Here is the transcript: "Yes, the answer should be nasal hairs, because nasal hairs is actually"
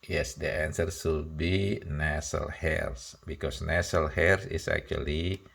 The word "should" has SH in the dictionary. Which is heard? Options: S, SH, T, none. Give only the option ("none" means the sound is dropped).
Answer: S